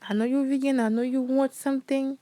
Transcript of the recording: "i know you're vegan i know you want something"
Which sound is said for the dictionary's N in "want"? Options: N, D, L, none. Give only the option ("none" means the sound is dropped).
none